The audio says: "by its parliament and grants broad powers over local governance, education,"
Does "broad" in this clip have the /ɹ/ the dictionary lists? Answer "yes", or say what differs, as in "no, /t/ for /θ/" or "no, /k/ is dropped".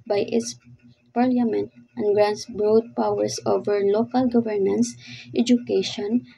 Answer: yes